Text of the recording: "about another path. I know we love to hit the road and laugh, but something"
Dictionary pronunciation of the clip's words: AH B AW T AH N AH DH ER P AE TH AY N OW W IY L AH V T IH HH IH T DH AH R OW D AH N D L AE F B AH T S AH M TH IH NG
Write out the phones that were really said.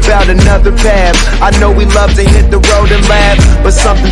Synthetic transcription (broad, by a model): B AW T AH N AH DH ER P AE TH AY N OW W IY L AH V T IH HH IH T DH AH R OW D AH N L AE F B AH T S AH M TH IH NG